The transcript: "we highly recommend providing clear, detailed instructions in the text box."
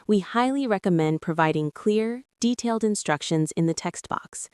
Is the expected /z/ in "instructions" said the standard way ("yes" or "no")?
yes